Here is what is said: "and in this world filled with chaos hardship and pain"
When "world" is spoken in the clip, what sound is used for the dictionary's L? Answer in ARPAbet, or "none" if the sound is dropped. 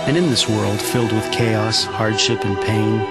L